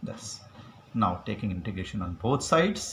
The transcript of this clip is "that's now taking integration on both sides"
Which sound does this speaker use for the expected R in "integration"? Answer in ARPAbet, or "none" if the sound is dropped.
R